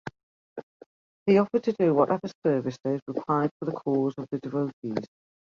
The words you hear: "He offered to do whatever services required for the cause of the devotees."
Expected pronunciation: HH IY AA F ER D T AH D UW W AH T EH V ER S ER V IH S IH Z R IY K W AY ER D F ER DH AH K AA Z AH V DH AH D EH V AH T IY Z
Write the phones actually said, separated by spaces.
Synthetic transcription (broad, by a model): HH IY AA F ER D T AH D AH W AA T EH V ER S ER V IH S IH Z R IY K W AY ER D F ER DH AH K AA Z AH V DH AH D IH V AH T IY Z